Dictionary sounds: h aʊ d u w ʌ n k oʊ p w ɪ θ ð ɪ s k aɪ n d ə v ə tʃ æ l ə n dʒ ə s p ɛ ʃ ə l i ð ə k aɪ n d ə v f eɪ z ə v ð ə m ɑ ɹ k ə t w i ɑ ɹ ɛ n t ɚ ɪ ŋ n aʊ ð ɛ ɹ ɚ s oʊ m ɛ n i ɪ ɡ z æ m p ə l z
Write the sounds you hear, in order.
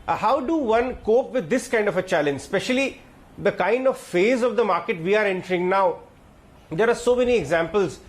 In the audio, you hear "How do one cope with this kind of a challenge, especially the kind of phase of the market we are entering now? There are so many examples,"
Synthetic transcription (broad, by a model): h aʊ d u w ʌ n k oʊ p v ɪ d ɪ s k aɪ n d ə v ə tʃ æ l ə n dʒ s p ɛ ʃ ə l i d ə k aɪ n d ə v f eɪ z ə v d ə m ɑ ɹ k ə t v i ɑ ɹ ɛ n t ɚ ɪ ŋ n aʊ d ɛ ɹ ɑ s oʊ m ɛ n i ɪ ɡ z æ m p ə l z